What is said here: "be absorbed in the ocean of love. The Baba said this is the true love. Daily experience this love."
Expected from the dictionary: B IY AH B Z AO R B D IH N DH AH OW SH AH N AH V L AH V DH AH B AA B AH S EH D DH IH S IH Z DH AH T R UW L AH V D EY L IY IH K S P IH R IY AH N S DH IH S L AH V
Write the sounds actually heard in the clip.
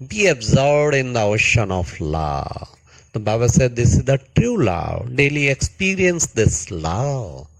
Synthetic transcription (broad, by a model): B IY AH B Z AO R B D IH N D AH OW SH AH N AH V L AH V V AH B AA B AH S EH D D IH S IH Z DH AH T R UW L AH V D EY L IY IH K S P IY R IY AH N S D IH S L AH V